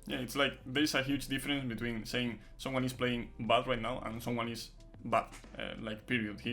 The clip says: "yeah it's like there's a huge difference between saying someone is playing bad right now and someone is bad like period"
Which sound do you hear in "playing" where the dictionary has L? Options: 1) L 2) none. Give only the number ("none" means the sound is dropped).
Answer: 1